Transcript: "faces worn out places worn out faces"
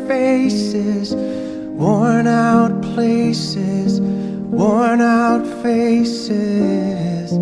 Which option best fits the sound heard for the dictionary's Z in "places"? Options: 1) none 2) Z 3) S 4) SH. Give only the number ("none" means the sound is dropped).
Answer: 2